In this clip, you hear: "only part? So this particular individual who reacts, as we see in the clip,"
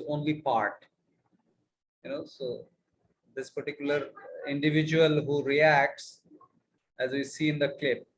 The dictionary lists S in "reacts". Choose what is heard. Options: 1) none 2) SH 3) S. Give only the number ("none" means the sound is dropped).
3